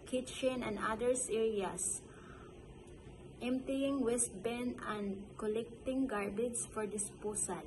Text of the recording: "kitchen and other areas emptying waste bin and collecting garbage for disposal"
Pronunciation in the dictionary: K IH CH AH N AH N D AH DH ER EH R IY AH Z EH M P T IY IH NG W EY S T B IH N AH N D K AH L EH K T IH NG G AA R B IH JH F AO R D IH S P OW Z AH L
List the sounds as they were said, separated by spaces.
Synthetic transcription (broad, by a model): K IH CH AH N AH N D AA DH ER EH R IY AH S EH M P T IY IH NG W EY S T B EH N AH N D K AH L EH K T IH NG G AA R B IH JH F AO R D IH S P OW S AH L